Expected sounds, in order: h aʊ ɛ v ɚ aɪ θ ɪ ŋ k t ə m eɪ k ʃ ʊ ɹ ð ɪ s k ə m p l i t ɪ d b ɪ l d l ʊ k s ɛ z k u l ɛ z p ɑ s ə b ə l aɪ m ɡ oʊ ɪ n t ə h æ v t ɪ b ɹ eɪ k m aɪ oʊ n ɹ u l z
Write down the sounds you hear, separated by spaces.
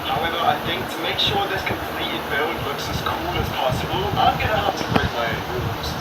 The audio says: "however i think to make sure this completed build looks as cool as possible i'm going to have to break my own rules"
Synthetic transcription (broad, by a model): h aʊ ɛ v ɚ aɪ θ ɪ ŋ k t ə m eɪ k ʃ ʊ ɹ ð ɪ s k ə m p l i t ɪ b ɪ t l ʊ k s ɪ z k u l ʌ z p ɑ s ə b ə l aɪ m ɡ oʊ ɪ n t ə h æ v t ɪ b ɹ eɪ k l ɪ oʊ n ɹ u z